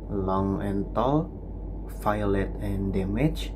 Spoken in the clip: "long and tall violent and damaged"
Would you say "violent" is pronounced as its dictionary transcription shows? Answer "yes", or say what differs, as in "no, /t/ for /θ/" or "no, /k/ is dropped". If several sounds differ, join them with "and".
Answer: no, /f/ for /v/ and /n/ is dropped